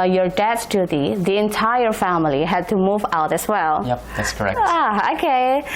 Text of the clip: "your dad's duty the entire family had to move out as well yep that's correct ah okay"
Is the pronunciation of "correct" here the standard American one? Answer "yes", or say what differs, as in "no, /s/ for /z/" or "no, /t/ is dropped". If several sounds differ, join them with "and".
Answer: no, /t/ is dropped